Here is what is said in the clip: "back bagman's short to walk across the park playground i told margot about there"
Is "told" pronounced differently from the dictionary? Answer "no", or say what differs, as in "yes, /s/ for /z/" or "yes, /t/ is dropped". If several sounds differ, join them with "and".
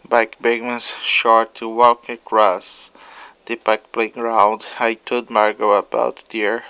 yes, /l/ is dropped